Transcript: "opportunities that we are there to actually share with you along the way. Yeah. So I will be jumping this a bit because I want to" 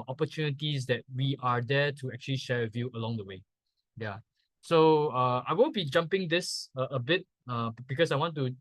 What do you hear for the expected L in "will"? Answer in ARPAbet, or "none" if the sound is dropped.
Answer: N